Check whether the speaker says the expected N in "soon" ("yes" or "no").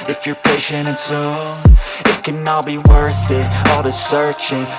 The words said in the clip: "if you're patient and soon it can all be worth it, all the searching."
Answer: no